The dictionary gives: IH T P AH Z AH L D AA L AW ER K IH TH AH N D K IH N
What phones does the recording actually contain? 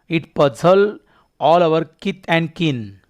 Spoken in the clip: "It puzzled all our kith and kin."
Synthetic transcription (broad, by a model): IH T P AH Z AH L AA L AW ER K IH T AH N D K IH N